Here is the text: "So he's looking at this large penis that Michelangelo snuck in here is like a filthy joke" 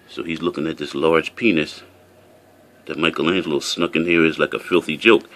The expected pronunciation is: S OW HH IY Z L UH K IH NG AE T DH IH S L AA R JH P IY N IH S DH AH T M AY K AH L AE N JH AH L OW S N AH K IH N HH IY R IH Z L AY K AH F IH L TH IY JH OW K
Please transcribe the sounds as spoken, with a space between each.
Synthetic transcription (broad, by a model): S OW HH IY Z L UH K IH NG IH T DH IH S L AA R JH P IY N IH S DH AH T M AY K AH L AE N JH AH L S N AH K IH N HH IY R IH Z L AY K AH F IH L TH IY JH OW K